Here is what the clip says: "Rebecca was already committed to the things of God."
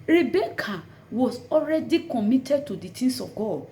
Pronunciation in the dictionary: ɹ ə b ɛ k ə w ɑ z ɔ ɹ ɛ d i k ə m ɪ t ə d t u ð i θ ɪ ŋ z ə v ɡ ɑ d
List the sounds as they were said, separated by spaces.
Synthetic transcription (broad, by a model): ɹ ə b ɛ k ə w ɑ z ɔ ɹ ɛ d i k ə m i t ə d t u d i t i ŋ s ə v ɡ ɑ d